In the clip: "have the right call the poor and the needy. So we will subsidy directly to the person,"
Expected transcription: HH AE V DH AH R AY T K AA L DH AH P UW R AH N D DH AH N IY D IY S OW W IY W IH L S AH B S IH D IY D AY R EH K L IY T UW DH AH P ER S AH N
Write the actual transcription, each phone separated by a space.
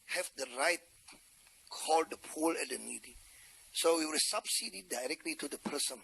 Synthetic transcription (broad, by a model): HH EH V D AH R AY T K AA L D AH P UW L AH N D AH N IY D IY S OW W IY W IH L S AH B S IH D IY D AY R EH K L IY T UW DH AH P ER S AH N